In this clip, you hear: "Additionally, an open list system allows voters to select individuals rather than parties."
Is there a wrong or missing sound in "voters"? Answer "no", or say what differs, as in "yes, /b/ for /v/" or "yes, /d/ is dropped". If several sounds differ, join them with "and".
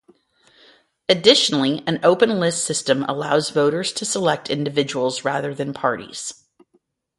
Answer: no